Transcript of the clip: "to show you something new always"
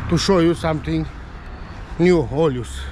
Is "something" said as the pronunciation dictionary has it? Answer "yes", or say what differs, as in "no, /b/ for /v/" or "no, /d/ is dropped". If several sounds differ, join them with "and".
no, /t/ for /θ/